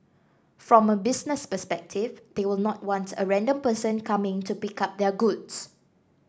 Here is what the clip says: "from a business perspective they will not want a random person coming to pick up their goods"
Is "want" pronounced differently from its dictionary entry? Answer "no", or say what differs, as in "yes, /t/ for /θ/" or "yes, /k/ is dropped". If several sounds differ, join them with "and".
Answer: no